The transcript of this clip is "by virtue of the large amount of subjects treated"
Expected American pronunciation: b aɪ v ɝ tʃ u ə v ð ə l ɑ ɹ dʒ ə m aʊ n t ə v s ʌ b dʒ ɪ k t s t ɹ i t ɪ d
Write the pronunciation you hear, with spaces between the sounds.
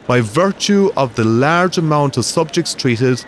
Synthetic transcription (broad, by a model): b aɪ v ɝ tʃ u ə v ð ə l ɑ ɹ dʒ ə m aʊ n t ə v s ʌ b dʒ ɪ k t s t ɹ i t ɪ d